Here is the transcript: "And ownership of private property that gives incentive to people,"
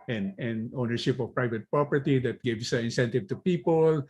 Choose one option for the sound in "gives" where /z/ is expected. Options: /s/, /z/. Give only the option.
/s/